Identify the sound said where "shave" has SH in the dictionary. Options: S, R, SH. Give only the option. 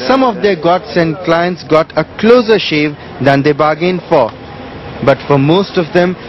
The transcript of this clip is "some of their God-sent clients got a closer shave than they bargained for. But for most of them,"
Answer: SH